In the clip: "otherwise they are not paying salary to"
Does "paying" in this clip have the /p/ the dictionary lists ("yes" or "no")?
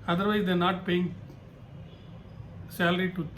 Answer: yes